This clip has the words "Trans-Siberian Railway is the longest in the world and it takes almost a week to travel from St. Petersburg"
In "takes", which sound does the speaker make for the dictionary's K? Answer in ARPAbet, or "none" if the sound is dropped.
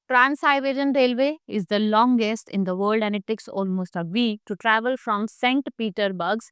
K